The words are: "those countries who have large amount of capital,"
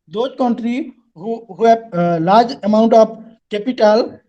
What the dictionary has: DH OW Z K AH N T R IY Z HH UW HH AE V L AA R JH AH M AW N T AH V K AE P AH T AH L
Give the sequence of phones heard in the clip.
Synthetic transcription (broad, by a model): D OW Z K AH N T R IY HH UW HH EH B L AA R JH AH M AW N T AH P K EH P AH T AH L